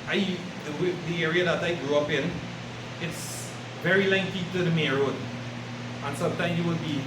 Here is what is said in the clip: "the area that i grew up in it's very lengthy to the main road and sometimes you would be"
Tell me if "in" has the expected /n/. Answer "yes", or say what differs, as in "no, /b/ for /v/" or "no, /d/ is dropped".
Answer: yes